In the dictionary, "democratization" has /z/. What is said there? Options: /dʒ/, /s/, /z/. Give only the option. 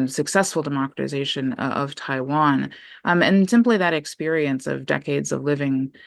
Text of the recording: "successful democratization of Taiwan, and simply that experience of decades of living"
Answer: /z/